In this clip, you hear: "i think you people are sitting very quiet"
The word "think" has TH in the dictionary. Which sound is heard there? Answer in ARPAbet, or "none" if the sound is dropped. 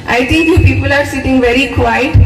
T